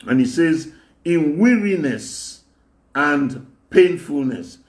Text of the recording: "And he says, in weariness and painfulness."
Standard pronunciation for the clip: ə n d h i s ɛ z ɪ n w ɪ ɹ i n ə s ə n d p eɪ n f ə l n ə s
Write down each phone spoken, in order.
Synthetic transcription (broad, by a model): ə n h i s ɛ z ɪ n w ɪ ɹ i n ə s ə n d p eɪ n f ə l n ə s